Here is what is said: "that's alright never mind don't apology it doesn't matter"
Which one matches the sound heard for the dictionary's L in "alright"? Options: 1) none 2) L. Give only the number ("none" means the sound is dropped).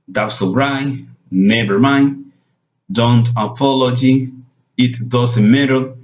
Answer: 1